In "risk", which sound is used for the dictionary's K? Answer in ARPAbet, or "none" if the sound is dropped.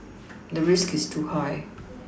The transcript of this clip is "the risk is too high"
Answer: K